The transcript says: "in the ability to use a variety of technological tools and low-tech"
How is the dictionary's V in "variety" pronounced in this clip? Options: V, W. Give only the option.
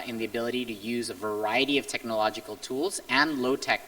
V